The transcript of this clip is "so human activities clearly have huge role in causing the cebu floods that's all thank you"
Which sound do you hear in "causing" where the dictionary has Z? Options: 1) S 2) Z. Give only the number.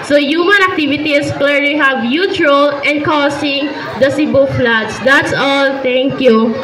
1